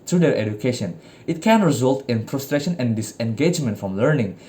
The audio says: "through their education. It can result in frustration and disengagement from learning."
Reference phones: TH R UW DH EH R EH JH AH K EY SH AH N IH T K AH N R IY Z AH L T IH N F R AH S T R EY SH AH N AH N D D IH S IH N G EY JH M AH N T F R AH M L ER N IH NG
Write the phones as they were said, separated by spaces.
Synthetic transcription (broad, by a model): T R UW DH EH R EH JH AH K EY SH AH N IH T K AH N R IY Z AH L T IH N P R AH S T R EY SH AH N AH N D D IH S IH N G EY JH M AH N T F R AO M L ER N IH NG